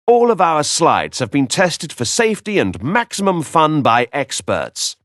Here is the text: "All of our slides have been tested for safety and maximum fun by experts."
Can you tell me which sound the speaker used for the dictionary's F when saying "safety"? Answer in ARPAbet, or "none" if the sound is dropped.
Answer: F